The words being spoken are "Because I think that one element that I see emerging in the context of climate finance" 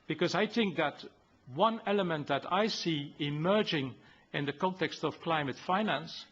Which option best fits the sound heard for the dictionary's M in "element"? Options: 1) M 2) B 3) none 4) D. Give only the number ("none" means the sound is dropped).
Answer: 1